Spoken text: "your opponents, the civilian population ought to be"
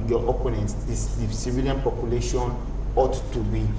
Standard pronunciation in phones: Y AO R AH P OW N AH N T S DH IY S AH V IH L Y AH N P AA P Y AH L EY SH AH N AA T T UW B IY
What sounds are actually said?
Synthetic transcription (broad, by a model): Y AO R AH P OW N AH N S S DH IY S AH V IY L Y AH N P AA P Y AH L EY SH AH N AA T T UW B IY